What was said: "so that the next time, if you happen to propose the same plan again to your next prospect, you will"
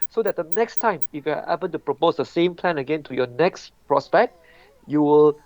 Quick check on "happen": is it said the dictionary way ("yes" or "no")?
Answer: no